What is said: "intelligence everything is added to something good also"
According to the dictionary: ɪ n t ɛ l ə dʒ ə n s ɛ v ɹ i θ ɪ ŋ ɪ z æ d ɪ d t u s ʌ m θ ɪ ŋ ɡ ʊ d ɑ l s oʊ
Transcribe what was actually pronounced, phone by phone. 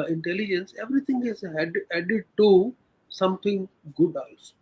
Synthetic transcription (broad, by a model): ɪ n t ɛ l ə dʒ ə n s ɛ v ɹ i t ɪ ŋ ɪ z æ d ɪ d t u s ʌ m t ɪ ŋ ɡ ʊ d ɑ l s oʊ